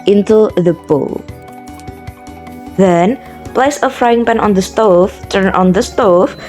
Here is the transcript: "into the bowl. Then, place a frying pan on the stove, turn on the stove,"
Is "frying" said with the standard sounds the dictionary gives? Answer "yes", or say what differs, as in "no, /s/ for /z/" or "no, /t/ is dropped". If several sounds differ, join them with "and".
yes